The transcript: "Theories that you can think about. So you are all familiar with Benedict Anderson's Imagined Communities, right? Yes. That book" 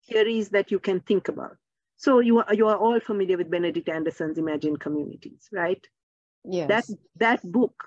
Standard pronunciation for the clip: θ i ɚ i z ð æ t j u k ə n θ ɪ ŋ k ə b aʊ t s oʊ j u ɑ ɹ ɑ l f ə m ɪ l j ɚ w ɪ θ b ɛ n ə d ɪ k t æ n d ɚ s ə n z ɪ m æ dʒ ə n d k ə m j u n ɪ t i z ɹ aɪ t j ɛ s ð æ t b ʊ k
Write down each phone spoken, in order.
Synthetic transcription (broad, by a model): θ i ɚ i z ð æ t j u k ə n t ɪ ŋ k ə b aʊ t s oʊ j u ɑ ɹ ɑ l f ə m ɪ l j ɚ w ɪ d b ɛ n ə d ɪ k t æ n d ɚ s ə n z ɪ m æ dʒ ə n k ə m j u n ɪ t i z ɹ aɪ t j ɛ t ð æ t b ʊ k